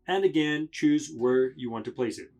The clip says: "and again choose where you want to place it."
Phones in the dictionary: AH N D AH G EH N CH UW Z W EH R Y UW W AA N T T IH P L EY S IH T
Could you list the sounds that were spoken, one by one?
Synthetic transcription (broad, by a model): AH N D AH G EH N CH UW Z W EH R Y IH W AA N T T IH P L EY S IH T